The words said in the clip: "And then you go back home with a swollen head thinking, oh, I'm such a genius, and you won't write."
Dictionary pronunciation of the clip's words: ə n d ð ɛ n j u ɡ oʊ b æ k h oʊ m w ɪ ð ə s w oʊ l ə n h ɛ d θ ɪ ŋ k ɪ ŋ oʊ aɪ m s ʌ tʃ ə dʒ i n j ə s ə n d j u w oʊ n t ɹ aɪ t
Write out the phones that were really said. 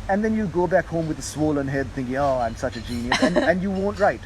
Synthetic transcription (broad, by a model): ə n ð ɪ n j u ɡ oʊ b æ k h oʊ m w ɪ ð ə s w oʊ l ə n h ɛ d θ ɪ ŋ k ɪ ŋ oʊ aɪ m s ʌ tʃ ə dʒ i n j ə s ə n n j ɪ w oʊ n t ɹ aɪ t